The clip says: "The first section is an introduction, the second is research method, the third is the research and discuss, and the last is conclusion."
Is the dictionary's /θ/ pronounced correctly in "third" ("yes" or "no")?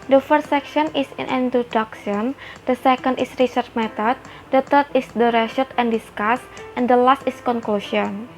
no